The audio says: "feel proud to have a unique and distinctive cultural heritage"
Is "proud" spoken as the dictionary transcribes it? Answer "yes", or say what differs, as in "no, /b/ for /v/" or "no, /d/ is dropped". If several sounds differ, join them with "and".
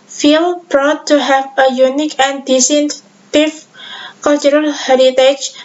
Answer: no, /b/ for /p/